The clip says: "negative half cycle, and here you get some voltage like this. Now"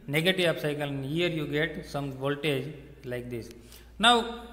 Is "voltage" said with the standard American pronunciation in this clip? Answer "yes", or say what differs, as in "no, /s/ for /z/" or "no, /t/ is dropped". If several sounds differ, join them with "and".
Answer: yes